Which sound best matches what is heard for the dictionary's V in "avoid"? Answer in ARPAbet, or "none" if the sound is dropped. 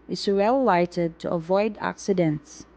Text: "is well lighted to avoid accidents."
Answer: V